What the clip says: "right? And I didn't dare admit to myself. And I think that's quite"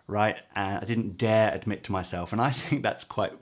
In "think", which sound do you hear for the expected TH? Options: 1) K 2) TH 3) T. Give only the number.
2